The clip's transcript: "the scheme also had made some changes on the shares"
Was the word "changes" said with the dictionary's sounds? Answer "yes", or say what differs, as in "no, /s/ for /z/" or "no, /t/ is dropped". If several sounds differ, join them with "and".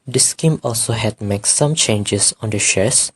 no, /s/ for /z/